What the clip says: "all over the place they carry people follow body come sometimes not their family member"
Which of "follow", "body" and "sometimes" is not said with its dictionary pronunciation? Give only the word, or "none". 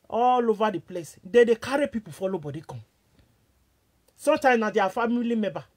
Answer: sometimes